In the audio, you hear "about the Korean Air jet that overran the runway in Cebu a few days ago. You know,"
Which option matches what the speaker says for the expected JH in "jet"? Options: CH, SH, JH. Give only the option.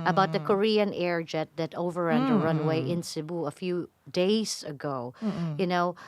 JH